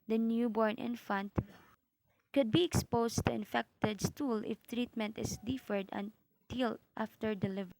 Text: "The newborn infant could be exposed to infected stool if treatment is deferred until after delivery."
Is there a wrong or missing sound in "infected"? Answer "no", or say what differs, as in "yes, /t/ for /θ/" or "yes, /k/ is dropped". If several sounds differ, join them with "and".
no